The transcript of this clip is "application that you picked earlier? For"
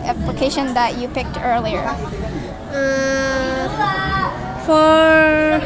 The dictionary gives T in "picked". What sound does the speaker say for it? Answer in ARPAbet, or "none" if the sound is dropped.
T